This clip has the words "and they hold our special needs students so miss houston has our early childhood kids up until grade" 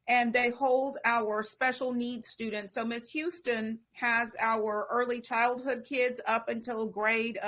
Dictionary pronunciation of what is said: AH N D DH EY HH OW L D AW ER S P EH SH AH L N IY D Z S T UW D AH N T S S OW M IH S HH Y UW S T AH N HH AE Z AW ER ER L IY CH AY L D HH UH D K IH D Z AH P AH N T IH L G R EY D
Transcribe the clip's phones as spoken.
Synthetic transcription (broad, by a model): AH N DH EY HH OW L D AW ER S P EH SH L N IY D S T UW D N T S S OW M IH S HH Y UW S T AH N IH Z AW ER ER L IY CH AY L D HH UH D K IH D Z AH P AH N T IH L G R EY D